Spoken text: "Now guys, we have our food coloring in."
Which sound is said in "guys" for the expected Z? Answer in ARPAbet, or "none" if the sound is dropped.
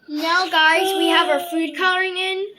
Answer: Z